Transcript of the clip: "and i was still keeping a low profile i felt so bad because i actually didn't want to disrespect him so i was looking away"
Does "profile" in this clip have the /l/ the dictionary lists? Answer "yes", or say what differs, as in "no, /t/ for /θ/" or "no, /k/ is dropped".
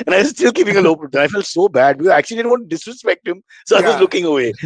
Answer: no, /n/ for /l/